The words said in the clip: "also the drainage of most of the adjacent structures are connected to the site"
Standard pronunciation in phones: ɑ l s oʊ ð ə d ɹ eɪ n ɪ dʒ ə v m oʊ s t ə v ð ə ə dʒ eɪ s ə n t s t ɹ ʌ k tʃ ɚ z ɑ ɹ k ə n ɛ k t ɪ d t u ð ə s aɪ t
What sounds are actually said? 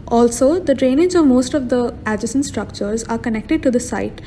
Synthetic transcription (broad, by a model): ɑ l s oʊ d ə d ɹ eɪ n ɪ z ə v m oʊ s t ə v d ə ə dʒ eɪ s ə n s t ɹ ʌ k tʃ ɚ z ɑ ɹ k ə n ɛ k t ɪ d t u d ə s aɪ t